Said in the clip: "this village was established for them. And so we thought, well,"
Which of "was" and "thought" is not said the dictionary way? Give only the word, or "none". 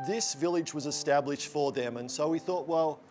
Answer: none